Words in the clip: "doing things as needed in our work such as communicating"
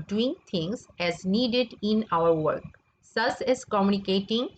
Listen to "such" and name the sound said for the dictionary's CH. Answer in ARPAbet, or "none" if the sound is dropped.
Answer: S